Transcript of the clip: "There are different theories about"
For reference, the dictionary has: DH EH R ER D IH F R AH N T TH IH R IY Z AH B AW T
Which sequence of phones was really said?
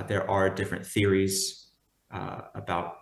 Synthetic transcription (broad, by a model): DH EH R ER D IH F R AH N TH IH R IY Z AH B AW T